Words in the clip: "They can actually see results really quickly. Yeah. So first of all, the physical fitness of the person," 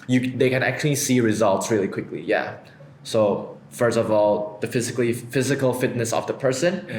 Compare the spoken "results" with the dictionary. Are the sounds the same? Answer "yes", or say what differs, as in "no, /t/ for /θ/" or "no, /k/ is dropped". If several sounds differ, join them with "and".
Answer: yes